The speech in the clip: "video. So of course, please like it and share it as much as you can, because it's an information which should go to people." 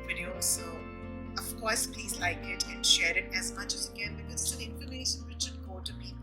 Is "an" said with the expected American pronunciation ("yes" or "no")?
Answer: no